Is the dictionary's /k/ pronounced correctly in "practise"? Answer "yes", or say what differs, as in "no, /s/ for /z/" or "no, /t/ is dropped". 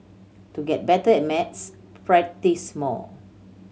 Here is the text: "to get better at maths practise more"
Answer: no, /k/ is dropped